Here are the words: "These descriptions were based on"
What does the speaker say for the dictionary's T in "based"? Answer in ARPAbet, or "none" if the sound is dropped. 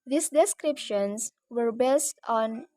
T